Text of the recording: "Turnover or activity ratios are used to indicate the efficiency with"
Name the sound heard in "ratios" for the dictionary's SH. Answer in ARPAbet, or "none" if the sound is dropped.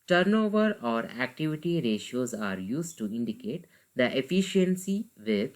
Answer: SH